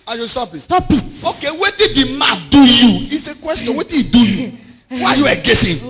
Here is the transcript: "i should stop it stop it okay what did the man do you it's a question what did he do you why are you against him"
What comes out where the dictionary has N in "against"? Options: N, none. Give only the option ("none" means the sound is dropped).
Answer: none